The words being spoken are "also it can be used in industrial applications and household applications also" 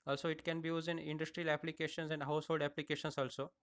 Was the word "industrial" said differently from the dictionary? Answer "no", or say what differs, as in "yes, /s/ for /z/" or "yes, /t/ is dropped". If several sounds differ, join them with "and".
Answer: no